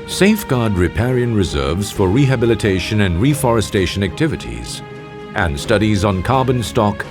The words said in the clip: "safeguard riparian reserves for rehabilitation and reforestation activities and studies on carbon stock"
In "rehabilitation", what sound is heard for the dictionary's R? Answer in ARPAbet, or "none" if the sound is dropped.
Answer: R